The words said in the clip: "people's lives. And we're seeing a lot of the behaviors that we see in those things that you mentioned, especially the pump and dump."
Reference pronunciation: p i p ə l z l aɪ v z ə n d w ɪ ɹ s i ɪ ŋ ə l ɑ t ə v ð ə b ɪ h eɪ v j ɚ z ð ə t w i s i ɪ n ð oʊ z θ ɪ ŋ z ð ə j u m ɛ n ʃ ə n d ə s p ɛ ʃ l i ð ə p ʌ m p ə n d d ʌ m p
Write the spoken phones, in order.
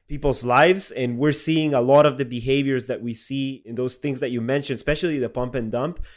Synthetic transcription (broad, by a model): p i p l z l aɪ v z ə n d w ɪ ɹ s i ɪ ŋ ə l ɑ t ə v ð ə b ɪ h eɪ v j ɚ z ð ə t w i s i ɪ n ð oʊ z θ ɪ ŋ z ð ə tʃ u m ɛ n ʃ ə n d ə s p ɛ ʃ l i ð ə p ʌ m p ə n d d ʌ m p